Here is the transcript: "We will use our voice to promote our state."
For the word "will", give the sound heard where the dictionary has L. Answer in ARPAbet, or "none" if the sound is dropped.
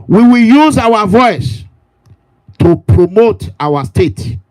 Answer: L